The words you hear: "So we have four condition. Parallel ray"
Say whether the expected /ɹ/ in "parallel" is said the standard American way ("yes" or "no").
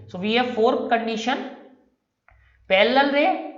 no